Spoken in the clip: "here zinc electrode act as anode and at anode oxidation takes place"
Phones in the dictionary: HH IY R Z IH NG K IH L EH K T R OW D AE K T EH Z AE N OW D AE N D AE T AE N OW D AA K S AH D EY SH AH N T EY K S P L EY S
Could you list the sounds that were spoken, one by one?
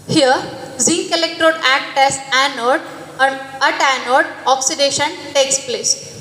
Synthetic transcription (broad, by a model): HH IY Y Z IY K IH L EH K T R OW D AE K T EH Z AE N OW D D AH T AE N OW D AA K S AH D EY SH AH N T EY K S P L EY S